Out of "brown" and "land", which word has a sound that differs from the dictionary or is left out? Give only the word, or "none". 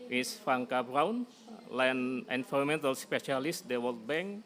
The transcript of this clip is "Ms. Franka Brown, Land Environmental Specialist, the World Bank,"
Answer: land